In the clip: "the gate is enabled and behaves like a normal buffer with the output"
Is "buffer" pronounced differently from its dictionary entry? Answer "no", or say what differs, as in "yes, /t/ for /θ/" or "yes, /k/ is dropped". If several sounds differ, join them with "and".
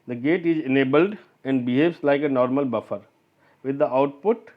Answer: no